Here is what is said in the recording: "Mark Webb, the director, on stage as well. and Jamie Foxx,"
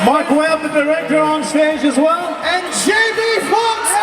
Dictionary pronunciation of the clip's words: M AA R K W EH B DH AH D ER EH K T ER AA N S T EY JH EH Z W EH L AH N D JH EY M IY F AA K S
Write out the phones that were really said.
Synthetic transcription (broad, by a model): M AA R K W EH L DH AH D ER EH K T ER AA N S T EY JH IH Z W EH L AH N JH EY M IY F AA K